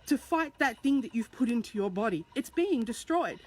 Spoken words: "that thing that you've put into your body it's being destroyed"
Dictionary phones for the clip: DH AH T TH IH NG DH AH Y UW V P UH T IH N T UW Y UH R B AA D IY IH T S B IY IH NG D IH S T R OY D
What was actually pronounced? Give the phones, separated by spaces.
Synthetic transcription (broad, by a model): DH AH T TH IH NG DH AH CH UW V P UH T IH N T UW Y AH R B AA D IY IH T S B IY IH NG D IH S T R OY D